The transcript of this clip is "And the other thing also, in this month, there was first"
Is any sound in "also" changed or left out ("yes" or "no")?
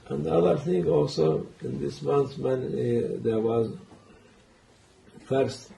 no